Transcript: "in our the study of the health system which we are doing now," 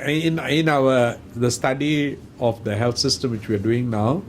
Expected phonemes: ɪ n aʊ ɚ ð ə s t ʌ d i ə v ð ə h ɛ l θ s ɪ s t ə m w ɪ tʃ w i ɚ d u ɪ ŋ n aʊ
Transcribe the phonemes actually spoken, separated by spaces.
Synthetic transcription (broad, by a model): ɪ n aʊ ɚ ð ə s t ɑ d i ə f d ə h ɛ l t s ɪ s t ə m w ɪ tʃ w i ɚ d u ɪ ŋ n aʊ